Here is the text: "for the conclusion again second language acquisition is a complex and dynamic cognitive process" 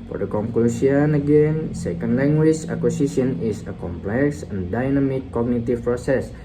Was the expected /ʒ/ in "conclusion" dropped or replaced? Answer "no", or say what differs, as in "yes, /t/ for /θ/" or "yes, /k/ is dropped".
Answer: yes, /s/ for /ʒ/